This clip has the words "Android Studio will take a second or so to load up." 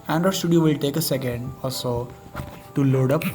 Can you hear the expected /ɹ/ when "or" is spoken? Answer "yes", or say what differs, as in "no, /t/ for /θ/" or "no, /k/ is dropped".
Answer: no, /l/ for /ɹ/